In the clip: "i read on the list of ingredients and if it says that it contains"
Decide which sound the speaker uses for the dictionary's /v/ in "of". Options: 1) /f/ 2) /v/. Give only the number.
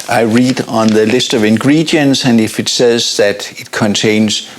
2